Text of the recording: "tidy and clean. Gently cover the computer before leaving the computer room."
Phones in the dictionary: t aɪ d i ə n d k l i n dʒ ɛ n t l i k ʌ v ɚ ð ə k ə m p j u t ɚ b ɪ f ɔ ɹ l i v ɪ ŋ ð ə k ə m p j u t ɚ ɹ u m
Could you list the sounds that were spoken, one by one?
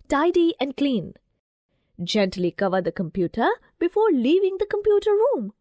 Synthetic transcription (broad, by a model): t aɪ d i ə n d k l i n dʒ ɛ n t l i k ʌ v ɚ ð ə k ə m p j u t ɚ b ɪ f ɔ ɹ l i v ɪ ŋ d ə k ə m p j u t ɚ ɹ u m